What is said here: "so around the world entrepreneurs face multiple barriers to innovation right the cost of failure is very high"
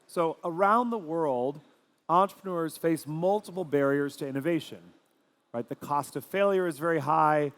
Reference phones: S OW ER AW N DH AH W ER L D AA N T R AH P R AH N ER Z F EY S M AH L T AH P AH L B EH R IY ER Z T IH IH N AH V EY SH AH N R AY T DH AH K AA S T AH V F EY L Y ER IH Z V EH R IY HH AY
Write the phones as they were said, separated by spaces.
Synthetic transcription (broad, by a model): S OW ER AW N DH AH W ER L D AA N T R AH P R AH N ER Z F EY S M AH L T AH P L B EH R IY ER Z T IH IH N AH V EY SH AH N R AY T DH AH K AA S T AH V F EY L Y ER IH Z V EH R IY HH AY